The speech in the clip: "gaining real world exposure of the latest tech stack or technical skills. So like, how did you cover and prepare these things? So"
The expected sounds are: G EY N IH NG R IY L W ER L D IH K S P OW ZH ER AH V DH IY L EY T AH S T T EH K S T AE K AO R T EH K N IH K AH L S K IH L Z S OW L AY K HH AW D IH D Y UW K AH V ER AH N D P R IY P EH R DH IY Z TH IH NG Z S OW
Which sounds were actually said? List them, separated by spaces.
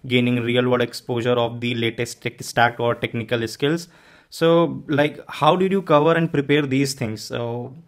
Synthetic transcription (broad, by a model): G EY N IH NG R IY L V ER D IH K S P OW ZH ER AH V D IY L EY T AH S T T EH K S T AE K AO R T EH K N IH K AH L S K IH L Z S OW L AY K HH AW D IH D Y UW K AH V ER AH N D P R IY P EH R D IY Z T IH NG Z S OW